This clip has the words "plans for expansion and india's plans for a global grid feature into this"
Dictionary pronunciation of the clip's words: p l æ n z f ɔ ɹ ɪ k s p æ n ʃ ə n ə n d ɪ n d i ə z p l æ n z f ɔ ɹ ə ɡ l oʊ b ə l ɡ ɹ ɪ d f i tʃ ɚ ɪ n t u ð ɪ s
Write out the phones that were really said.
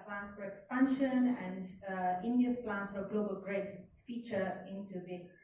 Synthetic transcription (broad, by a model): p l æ n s f ɔ ɹ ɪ k s p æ n ʃ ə n ə n d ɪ n d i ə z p l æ n s f ɔ ɹ ə ɡ l oʊ b ə l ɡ ɹ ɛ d f i tʃ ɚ ɪ n t u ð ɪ s